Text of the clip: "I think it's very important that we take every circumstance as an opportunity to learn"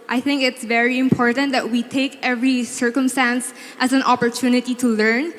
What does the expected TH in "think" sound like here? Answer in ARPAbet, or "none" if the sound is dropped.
TH